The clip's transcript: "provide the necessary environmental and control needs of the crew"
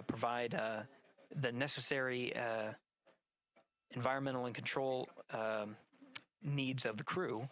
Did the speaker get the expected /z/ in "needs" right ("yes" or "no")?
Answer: yes